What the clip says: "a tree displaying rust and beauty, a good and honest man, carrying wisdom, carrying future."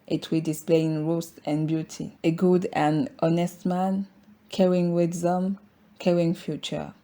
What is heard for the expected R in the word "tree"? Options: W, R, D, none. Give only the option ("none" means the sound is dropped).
W